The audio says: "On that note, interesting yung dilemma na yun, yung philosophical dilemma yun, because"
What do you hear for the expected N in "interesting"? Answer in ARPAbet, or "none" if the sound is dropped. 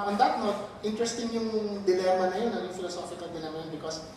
N